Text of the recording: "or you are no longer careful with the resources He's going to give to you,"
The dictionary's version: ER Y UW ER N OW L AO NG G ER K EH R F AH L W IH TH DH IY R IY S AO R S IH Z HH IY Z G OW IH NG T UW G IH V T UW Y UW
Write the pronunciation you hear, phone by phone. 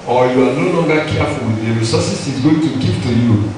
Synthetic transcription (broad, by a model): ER Y UW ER N OW L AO NG G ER K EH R F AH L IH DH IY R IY S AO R S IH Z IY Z G OW IH NG T UW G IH P T UW Y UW